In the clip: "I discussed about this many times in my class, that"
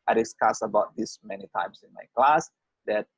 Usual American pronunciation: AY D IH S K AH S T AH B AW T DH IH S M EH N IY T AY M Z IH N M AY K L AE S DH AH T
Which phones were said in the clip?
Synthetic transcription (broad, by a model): AY D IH S K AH S AH B AW T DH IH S M EH N IY T AY M S IH N M AY K L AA S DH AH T